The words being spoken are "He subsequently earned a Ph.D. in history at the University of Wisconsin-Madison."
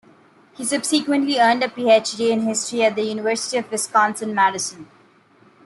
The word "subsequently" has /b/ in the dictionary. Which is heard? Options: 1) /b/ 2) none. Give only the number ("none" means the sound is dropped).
1